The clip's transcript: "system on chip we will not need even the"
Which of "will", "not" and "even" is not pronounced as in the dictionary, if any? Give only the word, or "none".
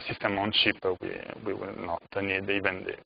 will